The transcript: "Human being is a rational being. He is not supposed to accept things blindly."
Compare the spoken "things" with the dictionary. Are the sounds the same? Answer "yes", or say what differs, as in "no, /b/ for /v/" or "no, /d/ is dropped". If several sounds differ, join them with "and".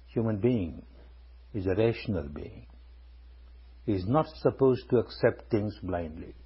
no, /t/ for /θ/